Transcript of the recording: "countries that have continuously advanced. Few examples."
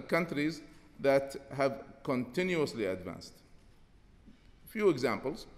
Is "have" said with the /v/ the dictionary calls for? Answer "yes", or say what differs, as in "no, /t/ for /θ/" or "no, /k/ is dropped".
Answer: yes